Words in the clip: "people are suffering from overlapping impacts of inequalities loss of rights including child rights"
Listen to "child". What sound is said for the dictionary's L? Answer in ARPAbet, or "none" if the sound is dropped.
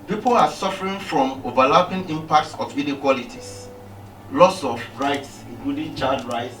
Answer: none